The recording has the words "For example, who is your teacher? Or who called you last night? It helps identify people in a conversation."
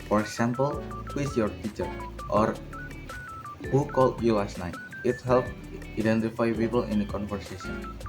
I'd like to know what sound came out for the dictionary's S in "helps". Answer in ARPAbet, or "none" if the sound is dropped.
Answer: none